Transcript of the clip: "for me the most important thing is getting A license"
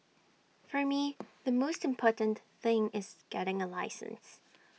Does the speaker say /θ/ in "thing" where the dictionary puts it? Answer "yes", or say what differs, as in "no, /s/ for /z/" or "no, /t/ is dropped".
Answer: yes